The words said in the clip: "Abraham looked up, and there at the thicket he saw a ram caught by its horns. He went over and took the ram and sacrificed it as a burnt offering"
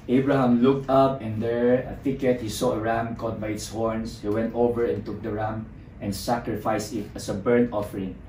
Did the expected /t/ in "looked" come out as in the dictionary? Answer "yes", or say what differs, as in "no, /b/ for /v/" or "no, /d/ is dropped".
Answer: yes